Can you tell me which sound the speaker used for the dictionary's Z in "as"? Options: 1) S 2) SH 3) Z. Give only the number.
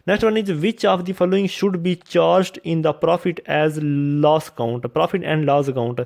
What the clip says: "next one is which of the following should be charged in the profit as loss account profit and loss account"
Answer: 3